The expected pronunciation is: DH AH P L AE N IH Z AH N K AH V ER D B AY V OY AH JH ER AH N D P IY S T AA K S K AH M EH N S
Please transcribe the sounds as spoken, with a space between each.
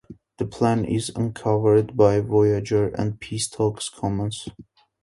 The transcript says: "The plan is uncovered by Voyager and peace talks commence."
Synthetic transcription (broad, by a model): DH AH P L AE N IH Z AH N K AH V ER D B AY V OY AH JH ER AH N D P IY S T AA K S K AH M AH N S